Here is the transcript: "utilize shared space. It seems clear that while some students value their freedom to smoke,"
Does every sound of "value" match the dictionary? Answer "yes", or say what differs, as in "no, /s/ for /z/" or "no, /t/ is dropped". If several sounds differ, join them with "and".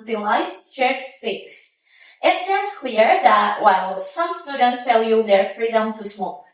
no, /f/ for /v/